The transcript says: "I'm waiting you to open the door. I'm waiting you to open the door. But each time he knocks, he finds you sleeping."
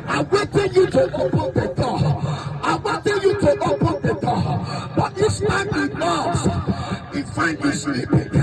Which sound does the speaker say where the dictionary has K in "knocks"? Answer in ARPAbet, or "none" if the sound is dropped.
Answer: none